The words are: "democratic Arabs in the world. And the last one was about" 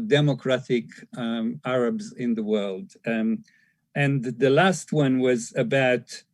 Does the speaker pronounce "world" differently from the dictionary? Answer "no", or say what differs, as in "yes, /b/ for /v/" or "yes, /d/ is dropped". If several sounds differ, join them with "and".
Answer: no